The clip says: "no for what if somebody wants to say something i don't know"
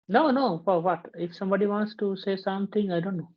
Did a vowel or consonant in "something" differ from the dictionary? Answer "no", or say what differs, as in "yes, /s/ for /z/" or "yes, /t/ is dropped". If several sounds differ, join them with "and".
yes, /t/ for /θ/